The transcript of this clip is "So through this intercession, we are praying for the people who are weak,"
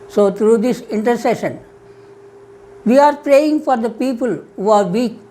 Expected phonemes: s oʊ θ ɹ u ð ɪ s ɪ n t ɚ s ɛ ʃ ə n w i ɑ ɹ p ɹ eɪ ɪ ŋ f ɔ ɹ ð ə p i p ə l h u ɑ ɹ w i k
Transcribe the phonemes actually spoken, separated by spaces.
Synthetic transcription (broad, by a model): s oʊ t ɹ u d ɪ s ɪ n t ɚ s ɛ ʃ ə n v i ɑ ɹ p ɹ eɪ ɪ ŋ f ɔ ɹ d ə p i p ə l h u ɑ ɹ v i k